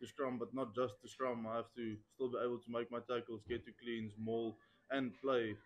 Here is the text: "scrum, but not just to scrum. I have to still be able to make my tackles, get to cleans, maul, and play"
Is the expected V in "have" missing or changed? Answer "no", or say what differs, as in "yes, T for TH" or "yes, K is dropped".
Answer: yes, F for V